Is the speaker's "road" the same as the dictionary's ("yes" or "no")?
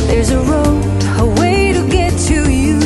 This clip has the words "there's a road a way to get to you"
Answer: no